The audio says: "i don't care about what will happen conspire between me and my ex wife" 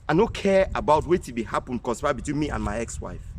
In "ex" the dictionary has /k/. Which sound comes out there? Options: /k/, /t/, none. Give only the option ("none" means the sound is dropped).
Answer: /k/